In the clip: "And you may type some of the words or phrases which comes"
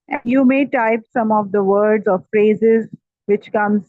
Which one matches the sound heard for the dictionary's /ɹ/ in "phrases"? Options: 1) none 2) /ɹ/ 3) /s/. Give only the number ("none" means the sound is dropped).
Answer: 2